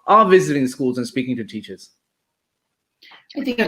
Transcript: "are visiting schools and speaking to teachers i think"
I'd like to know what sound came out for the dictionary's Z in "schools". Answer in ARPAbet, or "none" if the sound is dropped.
Z